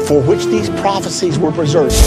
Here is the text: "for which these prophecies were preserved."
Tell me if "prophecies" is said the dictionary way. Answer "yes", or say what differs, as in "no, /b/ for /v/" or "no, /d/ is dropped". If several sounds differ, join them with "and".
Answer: yes